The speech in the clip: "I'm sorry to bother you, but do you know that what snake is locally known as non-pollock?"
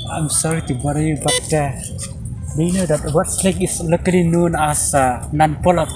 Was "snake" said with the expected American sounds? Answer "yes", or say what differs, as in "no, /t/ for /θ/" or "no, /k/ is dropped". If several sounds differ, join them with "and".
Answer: no, /l/ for /n/